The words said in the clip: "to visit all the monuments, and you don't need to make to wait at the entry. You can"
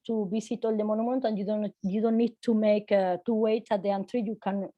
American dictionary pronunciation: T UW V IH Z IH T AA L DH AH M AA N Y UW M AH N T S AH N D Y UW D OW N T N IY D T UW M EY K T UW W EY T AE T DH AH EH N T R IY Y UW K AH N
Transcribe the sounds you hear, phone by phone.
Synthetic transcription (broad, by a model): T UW B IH S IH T AA L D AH M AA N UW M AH N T AH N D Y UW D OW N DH N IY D T UW M EY K T UW W EY T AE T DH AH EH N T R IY Y UW K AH N